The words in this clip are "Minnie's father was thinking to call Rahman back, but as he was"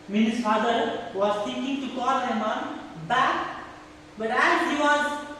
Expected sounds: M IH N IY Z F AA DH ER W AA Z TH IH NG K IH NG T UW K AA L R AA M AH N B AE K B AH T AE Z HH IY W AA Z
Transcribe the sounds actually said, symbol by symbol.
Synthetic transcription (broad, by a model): M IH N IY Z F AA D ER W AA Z T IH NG K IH NG T UW K AA L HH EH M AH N B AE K B AH T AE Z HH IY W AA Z